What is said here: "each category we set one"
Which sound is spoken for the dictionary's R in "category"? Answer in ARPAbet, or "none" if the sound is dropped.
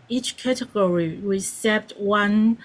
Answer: R